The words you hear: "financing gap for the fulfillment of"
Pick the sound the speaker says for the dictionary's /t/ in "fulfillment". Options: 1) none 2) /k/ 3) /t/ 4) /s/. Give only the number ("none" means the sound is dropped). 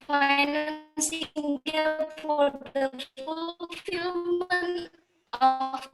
1